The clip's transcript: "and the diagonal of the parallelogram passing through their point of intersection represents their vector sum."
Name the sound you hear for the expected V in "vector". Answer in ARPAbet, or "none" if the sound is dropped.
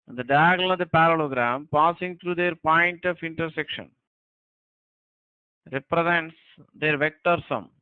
V